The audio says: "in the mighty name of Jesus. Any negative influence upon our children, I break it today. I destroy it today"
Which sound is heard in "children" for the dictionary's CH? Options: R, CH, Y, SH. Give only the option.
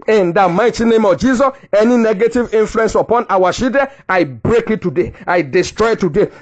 SH